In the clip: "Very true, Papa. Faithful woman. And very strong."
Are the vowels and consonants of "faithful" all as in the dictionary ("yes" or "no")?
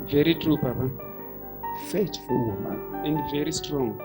no